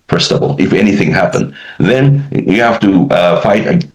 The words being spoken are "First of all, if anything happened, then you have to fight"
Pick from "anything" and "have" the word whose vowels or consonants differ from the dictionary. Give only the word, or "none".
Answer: have